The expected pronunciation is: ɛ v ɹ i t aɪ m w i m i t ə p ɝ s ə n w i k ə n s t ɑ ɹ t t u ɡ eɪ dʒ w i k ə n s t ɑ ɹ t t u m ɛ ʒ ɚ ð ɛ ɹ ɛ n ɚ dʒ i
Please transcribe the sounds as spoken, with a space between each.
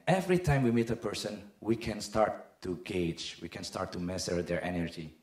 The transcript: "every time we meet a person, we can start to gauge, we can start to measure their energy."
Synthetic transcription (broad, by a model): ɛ v ɹ i t aɪ m w i m i t ə p ɝ s ə n w i k ə n s t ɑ ɹ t t u ɡ eɪ dʒ w i k ə n s t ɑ ɹ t t u m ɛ s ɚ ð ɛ ɹ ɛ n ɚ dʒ i